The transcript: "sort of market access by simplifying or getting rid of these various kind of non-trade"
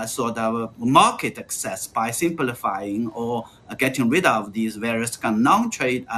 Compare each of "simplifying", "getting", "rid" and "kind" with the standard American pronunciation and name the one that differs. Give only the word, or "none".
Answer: kind